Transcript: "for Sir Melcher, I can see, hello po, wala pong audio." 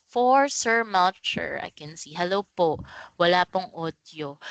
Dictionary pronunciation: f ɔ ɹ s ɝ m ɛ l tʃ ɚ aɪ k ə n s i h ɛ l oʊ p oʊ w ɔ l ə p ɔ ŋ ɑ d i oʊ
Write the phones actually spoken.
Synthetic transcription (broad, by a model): f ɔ ɹ s ɝ m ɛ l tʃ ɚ aɪ k ə n s i h ɛ l oʊ p oʊ w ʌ l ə p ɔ ŋ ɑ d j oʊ